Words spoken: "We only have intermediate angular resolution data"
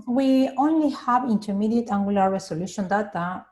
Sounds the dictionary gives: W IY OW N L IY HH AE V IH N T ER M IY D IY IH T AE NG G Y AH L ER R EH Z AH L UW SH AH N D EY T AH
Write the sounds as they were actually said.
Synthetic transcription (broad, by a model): W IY OW N L IY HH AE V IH N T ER M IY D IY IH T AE NG G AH L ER R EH S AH L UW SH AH N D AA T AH